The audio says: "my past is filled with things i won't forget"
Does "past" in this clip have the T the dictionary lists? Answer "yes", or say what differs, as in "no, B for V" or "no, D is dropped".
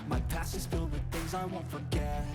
no, T is dropped